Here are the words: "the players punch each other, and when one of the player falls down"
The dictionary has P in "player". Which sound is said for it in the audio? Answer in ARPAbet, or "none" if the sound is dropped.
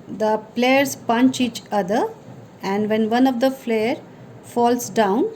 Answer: F